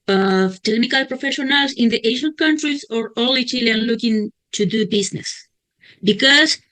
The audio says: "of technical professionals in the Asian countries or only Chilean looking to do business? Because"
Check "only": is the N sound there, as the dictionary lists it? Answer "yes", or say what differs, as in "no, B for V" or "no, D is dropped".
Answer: no, N is dropped